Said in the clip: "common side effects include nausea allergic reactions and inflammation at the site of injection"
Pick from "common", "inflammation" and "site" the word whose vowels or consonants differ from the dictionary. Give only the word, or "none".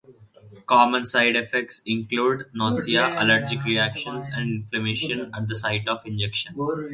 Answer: none